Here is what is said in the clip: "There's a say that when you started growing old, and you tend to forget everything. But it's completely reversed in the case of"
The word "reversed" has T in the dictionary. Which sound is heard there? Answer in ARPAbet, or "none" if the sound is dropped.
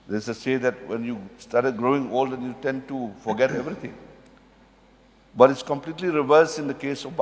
none